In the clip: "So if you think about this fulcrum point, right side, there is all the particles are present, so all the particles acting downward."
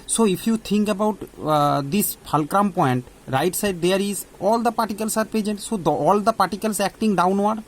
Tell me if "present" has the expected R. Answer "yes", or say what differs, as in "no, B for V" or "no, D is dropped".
no, R is dropped